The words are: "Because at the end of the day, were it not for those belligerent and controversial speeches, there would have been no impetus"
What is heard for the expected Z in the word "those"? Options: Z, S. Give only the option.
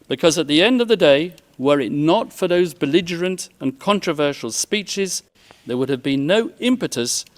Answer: Z